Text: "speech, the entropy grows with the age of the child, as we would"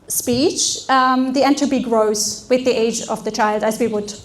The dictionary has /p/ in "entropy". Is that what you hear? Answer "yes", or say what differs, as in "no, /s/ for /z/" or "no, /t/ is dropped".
no, /b/ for /p/